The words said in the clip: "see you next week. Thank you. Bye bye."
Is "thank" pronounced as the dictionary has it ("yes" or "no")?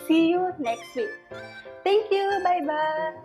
no